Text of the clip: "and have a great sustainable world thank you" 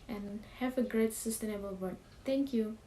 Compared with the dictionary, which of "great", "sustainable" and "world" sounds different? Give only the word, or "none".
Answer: world